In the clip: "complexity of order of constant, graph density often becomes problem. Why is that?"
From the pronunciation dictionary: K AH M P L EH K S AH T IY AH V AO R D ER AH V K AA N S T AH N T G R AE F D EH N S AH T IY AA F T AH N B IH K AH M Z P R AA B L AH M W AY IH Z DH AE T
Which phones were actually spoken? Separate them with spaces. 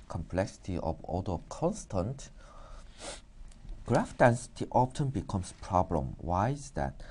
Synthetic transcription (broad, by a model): K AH M P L EH K S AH T IY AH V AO L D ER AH K AA N S T AH N T G R AE F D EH N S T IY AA P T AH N B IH K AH M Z P R AA B L AH M W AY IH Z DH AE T